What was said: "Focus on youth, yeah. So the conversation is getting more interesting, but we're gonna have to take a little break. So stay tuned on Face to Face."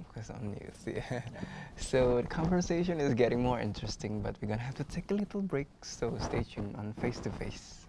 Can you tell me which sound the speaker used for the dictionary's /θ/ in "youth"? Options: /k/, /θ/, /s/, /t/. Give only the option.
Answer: /s/